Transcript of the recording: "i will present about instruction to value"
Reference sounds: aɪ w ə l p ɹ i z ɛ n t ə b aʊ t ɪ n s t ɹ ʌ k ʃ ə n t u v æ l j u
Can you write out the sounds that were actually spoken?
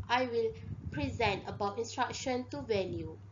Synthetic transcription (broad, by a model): aɪ w ə l p ɹ i z ɛ n t ə b aʊ t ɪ n s t ɹ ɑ k ʃ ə n t u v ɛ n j u